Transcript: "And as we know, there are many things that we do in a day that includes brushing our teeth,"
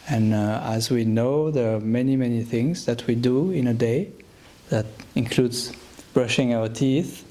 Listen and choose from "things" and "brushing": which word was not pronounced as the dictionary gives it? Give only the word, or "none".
none